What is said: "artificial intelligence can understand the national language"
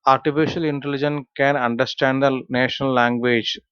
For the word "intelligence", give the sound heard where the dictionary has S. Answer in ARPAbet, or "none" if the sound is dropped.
none